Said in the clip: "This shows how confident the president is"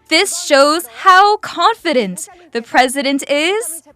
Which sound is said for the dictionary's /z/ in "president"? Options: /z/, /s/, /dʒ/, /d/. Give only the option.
/z/